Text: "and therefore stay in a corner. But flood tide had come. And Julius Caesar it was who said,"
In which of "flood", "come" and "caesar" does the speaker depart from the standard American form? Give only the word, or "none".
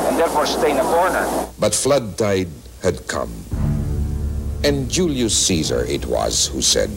none